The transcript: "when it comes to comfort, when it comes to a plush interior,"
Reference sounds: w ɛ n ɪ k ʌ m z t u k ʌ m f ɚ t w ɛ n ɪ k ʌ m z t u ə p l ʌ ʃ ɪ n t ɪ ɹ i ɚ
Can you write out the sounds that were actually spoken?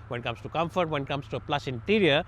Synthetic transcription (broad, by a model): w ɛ n k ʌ m s t u k ʌ m f ɚ t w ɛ n k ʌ m s t u ə p l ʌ s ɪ n t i ɹ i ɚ